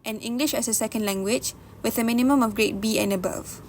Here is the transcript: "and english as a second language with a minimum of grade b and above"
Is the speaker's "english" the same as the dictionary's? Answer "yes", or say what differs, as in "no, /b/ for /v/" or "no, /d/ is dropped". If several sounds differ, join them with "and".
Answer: yes